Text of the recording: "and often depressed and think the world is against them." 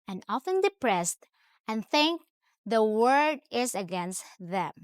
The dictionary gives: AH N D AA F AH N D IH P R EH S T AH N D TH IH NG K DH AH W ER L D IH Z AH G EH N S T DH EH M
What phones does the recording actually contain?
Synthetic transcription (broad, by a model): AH N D AA F AH N D IH P R EH S T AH N TH IH NG K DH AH W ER D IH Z AH G EH N S T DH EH M